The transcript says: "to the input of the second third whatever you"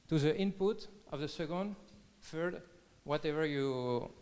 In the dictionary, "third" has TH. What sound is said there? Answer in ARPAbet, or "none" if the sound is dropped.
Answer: F